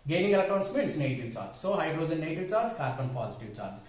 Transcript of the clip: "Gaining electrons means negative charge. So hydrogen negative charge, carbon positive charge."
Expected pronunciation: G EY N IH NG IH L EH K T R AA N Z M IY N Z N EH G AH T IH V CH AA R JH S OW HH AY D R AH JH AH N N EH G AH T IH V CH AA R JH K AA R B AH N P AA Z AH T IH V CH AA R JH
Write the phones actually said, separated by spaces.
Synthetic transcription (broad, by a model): G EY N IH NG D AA T AA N S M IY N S N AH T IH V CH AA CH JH S OW HH AY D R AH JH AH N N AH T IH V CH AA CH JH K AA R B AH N P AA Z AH T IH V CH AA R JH